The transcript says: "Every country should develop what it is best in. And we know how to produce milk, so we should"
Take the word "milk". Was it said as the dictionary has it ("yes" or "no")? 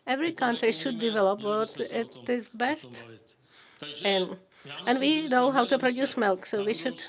yes